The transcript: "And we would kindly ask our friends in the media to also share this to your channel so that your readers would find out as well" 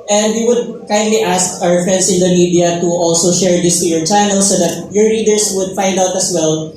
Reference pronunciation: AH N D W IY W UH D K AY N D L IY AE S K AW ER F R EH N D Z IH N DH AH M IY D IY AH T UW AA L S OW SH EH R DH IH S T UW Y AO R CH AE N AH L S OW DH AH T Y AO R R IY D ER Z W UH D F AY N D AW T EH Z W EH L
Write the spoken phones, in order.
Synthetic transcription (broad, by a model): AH N D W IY W UH D K AY N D L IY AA S K AW ER F R EH N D S IH N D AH M IY D IY AH T UW AA L S OW SH EH R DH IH S T UW Y AO R CH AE N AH L S OW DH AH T Y AO R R IY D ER S W UH D F AY N D AW T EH S W EH L